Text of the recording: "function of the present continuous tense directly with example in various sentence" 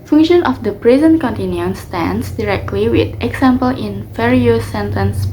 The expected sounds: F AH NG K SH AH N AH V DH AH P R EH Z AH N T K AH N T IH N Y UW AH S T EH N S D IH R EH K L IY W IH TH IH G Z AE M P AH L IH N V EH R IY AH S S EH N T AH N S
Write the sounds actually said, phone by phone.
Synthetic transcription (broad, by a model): F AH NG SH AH N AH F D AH P R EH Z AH N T K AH N T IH N Y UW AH S T EH N S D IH R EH K L IY W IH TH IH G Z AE M P AH L IH N F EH R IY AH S S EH N T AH N S